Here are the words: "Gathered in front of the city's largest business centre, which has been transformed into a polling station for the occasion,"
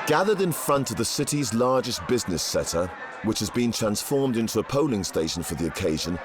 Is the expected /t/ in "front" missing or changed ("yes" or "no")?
no